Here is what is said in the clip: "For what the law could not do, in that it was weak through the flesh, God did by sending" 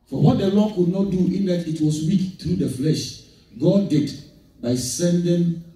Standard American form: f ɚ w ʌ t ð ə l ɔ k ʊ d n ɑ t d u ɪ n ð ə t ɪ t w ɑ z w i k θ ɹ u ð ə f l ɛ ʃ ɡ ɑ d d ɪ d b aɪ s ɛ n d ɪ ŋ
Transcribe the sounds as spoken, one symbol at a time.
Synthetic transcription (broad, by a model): f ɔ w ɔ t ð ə l ɔ k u d n ɑ t d u ɪ n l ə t ɪ t w ɑ s w i k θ ɹ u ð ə f l ɛ ʃ ɡ ɑ d d ɪ d b aɪ s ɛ n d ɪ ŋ